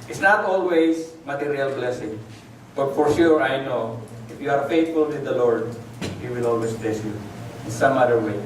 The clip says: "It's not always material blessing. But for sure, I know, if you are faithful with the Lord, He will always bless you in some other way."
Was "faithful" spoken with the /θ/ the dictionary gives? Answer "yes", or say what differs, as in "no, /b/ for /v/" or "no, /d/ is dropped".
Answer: no, /t/ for /θ/